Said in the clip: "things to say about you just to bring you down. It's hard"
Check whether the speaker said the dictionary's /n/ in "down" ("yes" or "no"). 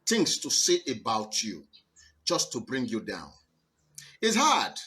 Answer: yes